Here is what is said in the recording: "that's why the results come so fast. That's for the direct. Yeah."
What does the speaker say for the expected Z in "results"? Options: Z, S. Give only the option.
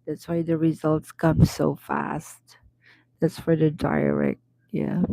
Z